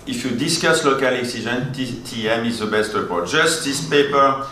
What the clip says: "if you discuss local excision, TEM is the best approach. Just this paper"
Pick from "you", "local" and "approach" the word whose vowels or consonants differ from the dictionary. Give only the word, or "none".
approach